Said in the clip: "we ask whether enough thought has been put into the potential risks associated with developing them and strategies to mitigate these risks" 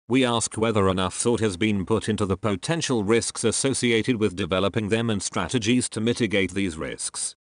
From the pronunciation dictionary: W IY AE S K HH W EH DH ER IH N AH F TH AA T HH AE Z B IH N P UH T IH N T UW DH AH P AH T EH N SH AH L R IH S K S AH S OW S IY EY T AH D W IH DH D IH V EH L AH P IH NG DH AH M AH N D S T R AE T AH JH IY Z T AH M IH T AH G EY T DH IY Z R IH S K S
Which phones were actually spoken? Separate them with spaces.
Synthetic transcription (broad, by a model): W IY AE S K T W EH DH ER IH N AH F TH AA T HH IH Z B IH N P UH T IH N T UW DH AH P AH T EH N SH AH L R IH S K S AH S OW S IY EY T AH D W IH DH D IH V EH L AH P IH NG DH AH M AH N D S T R AE T AH JH IY Z T AH M IH T AH G EY T DH IY Z R IH S K S